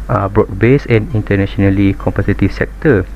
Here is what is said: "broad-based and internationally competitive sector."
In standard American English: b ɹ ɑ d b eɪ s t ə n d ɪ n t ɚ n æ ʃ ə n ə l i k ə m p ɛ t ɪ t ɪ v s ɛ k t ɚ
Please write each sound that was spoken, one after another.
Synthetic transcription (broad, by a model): b ɹ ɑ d b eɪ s ə n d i n t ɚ n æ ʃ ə n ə l i k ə m p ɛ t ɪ t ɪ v s ɛ k t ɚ